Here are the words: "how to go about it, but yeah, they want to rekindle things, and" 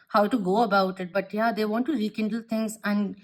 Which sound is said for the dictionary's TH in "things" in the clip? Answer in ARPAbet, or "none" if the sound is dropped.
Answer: T